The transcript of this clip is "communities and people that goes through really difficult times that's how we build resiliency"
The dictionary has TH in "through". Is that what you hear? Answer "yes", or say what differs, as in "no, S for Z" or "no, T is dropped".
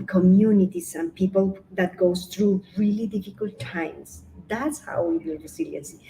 no, T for TH